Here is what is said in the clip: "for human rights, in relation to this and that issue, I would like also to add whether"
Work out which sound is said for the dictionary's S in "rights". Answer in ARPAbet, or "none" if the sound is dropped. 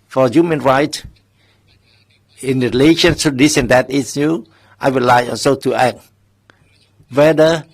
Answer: none